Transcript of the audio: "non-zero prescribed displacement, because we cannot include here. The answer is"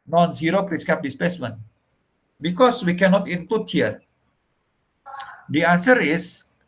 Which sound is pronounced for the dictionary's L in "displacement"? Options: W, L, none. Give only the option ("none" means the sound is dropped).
none